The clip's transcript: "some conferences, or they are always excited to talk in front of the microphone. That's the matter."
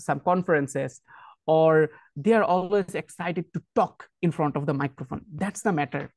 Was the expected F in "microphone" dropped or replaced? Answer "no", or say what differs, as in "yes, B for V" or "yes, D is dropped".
no